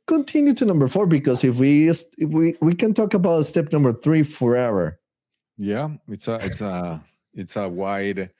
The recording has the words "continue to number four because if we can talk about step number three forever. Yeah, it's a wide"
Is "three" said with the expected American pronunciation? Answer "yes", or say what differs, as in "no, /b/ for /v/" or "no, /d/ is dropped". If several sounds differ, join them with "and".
yes